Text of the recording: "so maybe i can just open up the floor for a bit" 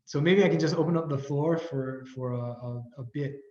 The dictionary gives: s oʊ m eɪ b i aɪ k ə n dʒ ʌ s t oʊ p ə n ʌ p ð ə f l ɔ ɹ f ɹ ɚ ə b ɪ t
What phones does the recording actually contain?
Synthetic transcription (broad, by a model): s oʊ m eɪ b i aɪ k ə n dʒ ʌ s t oʊ p ə n ʌ p ð ə f l ɔ ɹ f ɹ ɚ ə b ɪ t